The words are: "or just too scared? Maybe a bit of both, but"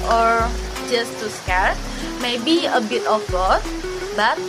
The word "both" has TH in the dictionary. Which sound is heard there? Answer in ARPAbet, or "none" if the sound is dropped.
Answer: S